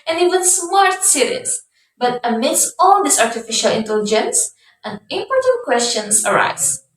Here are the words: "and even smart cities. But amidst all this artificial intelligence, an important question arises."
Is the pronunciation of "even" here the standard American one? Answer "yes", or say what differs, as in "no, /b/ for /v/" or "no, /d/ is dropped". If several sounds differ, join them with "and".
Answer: no, /w/ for /v/